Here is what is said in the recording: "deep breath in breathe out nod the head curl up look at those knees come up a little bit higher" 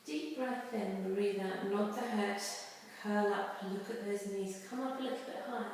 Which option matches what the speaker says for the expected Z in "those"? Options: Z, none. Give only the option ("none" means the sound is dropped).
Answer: Z